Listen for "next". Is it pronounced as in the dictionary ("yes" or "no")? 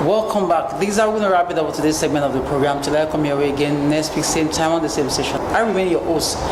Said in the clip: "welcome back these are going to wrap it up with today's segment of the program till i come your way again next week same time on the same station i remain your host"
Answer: no